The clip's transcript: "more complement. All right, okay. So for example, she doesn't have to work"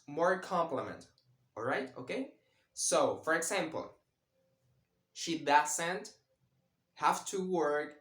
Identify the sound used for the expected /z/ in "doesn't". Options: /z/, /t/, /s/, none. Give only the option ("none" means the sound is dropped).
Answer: /s/